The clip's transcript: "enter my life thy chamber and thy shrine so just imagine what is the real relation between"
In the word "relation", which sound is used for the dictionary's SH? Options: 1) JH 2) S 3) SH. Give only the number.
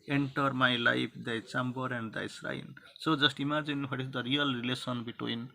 2